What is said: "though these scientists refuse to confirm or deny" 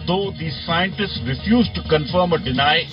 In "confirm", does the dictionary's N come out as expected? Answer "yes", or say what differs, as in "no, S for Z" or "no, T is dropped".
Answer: yes